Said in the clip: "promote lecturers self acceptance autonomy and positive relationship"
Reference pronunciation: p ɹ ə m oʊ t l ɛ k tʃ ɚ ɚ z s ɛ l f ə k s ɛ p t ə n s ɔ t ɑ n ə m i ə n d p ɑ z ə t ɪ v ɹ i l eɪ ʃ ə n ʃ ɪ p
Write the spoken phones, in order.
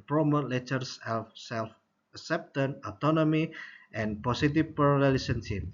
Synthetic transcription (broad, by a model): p ɹ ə m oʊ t l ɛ tʃ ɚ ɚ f s ɛ l f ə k s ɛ p t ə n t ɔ t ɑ n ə m i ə n p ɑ s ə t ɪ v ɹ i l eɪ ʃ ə n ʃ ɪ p